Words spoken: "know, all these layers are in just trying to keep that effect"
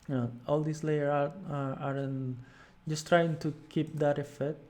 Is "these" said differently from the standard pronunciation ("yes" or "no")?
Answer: yes